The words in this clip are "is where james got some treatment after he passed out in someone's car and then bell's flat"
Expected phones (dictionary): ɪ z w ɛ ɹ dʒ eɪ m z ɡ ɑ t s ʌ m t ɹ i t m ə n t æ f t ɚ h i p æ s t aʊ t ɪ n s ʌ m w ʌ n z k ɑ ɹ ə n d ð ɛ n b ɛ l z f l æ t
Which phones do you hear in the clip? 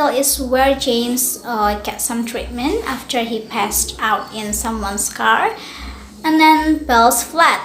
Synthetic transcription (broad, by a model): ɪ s w ɛ ɹ dʒ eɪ m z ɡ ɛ t s ʌ m t ɹ i t m ə n t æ f t ɚ h i p æ s t aʊ t ɪ n s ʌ m w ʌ n s k ɑ ɹ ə n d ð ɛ n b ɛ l s f l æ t